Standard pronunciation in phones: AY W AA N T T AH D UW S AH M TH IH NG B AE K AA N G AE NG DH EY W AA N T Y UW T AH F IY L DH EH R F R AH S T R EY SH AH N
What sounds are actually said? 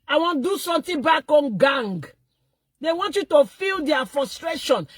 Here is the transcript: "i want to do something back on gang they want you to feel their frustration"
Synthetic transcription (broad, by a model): AY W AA N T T D UW S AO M T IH B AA K AA N G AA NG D EY W AA N T Y UW T AH F IY L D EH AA F R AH S T R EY SH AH N